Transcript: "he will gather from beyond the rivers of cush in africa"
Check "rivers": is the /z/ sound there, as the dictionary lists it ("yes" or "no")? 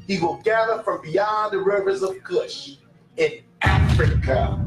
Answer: yes